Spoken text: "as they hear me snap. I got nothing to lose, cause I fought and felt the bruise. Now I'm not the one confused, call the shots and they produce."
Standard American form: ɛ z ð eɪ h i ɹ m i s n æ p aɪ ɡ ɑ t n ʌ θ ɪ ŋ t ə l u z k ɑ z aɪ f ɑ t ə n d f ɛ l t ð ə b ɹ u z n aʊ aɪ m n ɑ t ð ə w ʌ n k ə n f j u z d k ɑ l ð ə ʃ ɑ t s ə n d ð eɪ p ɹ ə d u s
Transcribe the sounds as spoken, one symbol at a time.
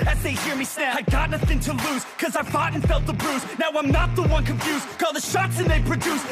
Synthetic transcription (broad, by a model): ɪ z ð eɪ h i ɹ m i s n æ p aɪ ɡ ɑ t n ʌ θ ɪ ŋ t ə l u z k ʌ z aɪ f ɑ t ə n f ɛ l t ð ə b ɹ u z n aʊ aɪ m n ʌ t ð ə w ʌ n k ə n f j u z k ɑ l ð ə ʃ ɑ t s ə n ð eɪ p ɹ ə d u s